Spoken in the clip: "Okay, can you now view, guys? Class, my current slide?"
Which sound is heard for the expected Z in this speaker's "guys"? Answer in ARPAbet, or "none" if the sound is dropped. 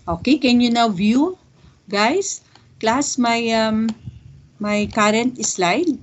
S